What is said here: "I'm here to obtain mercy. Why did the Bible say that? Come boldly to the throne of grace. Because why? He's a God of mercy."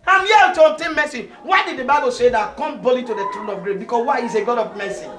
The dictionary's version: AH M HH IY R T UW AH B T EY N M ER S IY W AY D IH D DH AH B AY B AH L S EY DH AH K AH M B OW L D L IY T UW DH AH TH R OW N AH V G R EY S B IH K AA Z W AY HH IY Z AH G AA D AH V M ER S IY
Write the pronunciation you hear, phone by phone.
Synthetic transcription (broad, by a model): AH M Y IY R T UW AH T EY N M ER S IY W AY D IH D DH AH B AY B AH L S EY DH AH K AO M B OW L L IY T UW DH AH T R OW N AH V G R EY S B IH K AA S W AY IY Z AH G AA D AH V M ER S IY